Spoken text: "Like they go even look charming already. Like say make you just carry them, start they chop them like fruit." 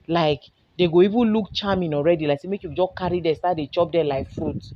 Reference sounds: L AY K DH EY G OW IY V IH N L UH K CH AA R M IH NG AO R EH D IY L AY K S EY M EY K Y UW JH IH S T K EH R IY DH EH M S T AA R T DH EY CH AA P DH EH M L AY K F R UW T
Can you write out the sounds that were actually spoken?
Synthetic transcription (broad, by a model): L AY K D EY G OW IY V IH N L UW K CH AA M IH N AO R EH D IY L AY K S EY M EY K Y UW JH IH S K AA R IY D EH S T AA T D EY CH AA P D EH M L AY K F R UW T